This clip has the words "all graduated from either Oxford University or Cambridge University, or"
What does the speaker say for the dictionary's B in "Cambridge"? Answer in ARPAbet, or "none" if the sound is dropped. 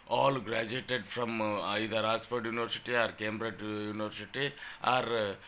B